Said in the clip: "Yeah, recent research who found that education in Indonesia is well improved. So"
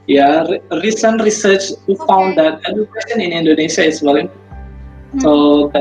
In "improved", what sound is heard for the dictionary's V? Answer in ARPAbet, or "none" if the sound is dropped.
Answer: none